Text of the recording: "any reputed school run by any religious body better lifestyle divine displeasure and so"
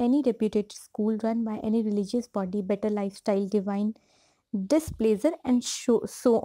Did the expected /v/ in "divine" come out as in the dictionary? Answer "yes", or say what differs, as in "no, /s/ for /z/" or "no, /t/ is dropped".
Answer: yes